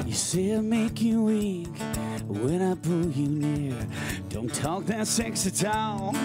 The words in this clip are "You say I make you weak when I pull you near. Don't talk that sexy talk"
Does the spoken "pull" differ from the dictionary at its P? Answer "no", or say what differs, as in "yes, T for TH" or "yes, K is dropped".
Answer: yes, B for P